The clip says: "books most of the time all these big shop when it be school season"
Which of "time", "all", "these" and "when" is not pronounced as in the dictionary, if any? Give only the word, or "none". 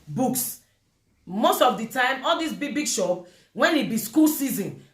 these